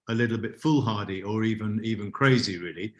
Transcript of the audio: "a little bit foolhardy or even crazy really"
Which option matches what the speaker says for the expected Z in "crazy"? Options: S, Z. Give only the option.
Z